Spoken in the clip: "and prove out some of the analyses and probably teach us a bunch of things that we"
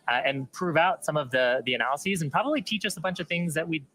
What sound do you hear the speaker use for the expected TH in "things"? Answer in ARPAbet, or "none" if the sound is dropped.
TH